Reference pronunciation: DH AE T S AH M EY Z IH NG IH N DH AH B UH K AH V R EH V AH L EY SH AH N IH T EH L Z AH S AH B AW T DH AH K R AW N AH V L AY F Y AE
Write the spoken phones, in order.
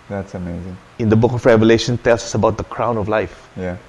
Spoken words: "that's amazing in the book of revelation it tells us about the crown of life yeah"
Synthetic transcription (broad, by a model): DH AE T S AH M EY Z IH NG IH N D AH B UH K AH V R EH V AH L EY SH AH N T EH L S AH S AH B AW T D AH K R AW N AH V L AY F Y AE